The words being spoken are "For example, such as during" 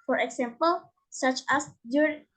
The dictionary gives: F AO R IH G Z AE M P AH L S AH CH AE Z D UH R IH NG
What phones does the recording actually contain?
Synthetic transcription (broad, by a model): F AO R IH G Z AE M P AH L S AH CH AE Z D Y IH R